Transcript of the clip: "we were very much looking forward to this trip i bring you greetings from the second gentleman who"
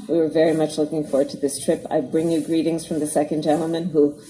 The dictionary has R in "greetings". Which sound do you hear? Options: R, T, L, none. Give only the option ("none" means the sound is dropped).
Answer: R